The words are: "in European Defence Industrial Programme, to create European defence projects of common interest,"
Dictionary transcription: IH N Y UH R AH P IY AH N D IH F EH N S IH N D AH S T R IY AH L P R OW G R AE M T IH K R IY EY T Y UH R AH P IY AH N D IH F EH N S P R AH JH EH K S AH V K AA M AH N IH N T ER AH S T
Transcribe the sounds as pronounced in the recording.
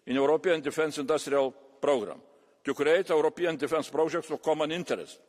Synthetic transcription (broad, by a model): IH N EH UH R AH P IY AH N D IH F EH N S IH N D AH S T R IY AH L P R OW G R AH M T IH K R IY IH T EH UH R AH P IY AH N D IH F EH N S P R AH ZH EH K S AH K AA M AH N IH N T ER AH S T